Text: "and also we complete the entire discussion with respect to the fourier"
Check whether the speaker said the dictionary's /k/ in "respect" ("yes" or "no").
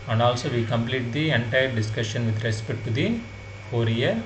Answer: no